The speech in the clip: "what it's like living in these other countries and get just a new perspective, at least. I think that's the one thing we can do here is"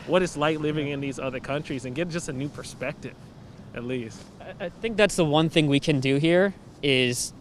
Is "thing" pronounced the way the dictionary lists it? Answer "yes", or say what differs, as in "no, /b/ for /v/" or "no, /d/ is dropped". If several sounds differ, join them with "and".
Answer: yes